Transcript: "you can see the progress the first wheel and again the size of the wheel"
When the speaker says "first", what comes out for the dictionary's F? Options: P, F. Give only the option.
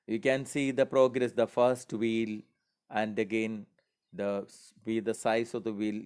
F